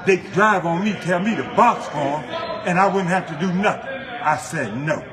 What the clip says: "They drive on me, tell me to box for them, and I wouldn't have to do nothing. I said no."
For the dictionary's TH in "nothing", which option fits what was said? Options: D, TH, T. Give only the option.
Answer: TH